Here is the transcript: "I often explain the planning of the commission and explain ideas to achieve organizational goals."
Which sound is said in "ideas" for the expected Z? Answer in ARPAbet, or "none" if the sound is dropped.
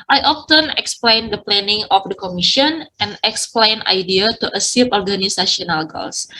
none